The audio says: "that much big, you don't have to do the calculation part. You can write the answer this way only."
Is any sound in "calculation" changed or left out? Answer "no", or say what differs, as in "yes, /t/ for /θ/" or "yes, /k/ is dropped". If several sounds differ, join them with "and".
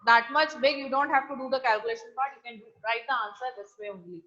no